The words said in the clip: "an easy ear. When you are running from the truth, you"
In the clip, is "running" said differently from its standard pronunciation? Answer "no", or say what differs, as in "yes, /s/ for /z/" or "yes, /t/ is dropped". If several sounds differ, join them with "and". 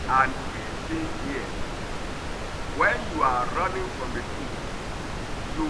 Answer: no